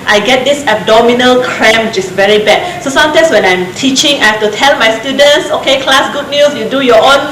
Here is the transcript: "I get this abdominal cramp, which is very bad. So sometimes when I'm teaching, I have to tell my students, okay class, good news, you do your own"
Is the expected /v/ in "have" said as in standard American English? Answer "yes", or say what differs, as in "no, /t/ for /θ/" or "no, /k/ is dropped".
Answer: no, /f/ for /v/